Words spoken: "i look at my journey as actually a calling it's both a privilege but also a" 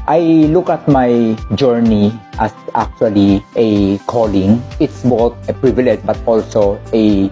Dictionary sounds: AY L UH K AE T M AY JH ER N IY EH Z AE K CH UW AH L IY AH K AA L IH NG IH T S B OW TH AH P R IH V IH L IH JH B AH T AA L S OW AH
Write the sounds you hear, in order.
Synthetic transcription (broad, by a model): AY L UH K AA T M AY JH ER N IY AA S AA K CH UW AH L IY AH K AA L IH NG IH T S B OW T AH P R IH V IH L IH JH B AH T AA L S OW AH